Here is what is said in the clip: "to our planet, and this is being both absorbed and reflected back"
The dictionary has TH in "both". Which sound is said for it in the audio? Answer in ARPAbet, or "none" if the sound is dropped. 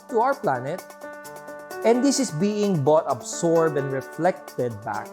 T